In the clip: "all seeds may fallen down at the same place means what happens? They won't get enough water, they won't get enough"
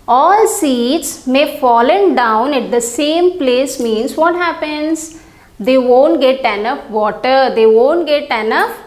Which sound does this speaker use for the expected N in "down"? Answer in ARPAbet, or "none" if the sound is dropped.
N